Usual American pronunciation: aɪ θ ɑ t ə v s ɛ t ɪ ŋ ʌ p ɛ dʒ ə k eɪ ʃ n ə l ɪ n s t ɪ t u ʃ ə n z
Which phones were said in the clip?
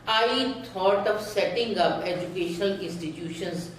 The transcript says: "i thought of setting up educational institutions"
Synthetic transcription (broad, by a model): aɪ t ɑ t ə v s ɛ t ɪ ŋ ʌ p ɛ dʒ ə k eɪ ʃ n ə l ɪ n s t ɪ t u ʃ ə n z